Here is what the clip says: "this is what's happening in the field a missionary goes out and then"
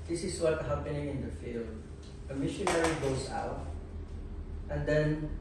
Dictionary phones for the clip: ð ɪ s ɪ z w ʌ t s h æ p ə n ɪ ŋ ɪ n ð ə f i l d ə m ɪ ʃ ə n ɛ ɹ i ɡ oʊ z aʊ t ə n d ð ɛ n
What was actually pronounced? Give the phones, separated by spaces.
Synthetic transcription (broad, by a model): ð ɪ s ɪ s w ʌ t h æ p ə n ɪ ŋ ɪ n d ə f i l d ə m ɪ ʃ ə n ɛ ɹ i ɡ oʊ s aʊ t ə n d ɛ n